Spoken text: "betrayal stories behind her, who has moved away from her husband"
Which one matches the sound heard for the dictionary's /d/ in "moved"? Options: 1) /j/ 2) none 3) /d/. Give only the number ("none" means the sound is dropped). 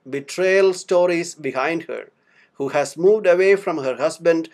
3